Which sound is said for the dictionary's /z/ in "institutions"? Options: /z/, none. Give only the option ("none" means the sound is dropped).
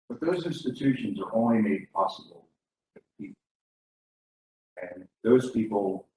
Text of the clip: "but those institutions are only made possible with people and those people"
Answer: /z/